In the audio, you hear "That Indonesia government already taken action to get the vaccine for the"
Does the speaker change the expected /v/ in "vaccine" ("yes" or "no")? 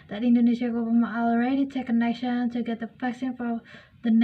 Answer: yes